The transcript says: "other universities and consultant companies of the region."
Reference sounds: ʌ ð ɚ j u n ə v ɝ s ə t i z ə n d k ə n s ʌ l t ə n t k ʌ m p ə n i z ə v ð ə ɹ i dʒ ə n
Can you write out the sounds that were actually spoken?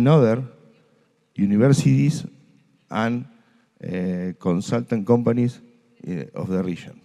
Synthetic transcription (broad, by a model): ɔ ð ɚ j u n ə b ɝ s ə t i s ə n k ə n s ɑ l t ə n k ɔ m p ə n i s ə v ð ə ɹ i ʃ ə n